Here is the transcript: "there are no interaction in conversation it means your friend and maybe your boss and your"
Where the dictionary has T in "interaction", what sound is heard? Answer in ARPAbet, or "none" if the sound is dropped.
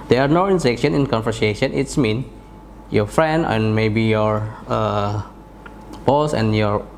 S